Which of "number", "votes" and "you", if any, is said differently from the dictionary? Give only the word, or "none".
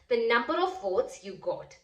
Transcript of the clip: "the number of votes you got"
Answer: votes